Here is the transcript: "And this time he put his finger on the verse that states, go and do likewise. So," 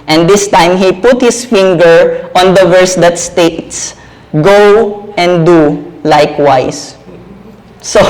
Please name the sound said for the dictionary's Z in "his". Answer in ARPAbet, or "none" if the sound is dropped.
S